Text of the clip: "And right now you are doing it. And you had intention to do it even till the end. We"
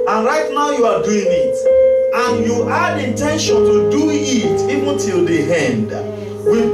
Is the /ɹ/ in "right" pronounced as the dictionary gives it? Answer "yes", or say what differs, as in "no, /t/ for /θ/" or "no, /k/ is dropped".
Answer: yes